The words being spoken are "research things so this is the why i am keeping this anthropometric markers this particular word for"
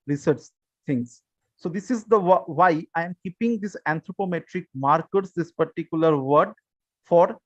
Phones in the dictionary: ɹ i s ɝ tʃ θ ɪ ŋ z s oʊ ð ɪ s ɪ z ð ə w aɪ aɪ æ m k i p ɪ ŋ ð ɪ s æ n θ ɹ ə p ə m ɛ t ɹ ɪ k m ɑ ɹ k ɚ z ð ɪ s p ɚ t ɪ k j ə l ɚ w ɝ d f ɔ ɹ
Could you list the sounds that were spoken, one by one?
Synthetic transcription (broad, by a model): ɹ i s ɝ tʃ t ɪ ŋ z s oʊ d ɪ s ɪ z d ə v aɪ aɪ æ m k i p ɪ ŋ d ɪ s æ n t ɹ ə p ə m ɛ t ɹ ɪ k m ɑ ɹ k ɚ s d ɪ s p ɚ t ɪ k j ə l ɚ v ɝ d f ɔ ɹ